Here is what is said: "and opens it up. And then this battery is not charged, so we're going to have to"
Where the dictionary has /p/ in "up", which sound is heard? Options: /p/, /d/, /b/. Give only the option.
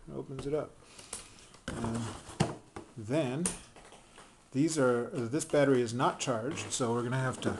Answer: /p/